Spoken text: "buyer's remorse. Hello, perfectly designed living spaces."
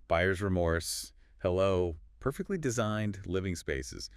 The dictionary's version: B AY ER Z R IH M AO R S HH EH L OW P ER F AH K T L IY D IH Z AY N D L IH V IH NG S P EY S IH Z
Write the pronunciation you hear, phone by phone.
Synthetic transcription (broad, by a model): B AY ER Z R IH M AO R S HH EH L OW P ER F AH K T L IY D IH Z AY N D L IH V IH NG S P EY S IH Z